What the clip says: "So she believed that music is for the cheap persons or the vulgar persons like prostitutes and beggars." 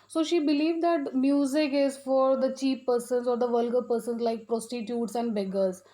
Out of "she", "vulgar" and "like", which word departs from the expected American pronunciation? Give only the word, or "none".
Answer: none